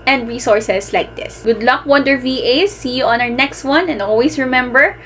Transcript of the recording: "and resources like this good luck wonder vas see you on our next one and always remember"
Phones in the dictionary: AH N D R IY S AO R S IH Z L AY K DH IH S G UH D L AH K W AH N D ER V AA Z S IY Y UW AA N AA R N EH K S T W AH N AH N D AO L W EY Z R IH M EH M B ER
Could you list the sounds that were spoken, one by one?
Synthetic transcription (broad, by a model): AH N D R IY S AO R S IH S L AY K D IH S G UH D L AH K W AH N D ER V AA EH S IY Y UW AA N AA R N EH K S T W AH N AH N D AO L W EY S R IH M EH M B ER